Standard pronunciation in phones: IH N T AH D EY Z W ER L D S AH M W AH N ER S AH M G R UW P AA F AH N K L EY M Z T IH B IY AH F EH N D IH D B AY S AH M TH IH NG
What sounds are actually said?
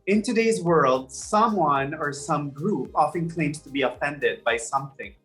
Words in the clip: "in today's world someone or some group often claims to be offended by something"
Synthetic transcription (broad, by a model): IH N T AH D EY Z W ER L D S AH M W AH N ER S AH M G R UW P AA F AH N K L EY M T IH B IY AH F EH N D IH D B AY S AH M TH IH NG